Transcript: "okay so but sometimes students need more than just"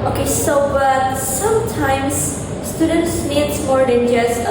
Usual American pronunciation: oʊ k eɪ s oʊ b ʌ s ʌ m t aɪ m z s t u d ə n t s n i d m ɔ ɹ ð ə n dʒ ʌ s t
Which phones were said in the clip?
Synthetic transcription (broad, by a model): oʊ k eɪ s oʊ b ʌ s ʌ m t aɪ m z s t u d ə n t s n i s m ɔ ɹ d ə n dʒ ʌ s